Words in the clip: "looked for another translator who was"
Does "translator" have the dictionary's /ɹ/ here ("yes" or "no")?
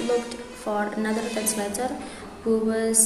no